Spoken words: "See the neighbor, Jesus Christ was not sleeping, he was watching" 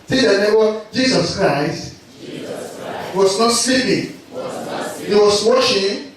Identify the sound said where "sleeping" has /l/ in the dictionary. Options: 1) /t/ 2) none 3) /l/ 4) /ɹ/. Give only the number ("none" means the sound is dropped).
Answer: 2